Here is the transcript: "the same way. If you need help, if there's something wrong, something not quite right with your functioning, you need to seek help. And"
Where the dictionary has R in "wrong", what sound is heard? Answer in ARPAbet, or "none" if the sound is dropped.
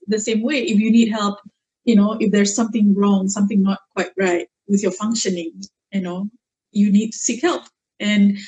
R